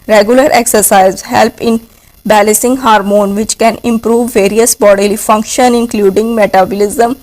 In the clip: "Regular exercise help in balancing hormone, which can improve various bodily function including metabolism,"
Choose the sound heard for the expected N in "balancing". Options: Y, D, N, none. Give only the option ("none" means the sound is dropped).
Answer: none